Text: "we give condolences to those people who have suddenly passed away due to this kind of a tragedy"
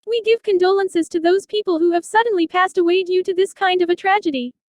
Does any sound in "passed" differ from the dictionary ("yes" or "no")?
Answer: no